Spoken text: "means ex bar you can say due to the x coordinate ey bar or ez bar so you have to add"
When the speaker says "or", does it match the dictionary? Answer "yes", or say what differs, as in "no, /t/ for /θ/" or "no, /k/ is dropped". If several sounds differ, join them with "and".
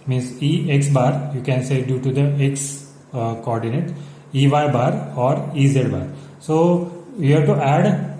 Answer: yes